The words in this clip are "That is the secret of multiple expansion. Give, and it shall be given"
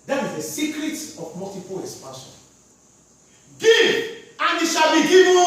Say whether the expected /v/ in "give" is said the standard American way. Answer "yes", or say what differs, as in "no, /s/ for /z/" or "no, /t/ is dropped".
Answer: no, /v/ is dropped